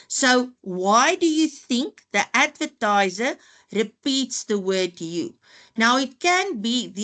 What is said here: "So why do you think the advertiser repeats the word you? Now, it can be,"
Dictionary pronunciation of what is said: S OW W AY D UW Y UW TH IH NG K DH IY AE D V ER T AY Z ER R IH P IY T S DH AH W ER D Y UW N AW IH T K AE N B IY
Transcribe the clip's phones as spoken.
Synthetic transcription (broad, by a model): S OW W AY D UW Y UW TH IH NG K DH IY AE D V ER T AY Z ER R IH P IY T S DH AH W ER D Y UW N AW IH T K AE N B IY